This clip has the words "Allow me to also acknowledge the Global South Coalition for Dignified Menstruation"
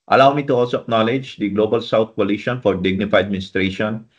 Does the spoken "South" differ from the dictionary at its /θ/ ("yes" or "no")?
yes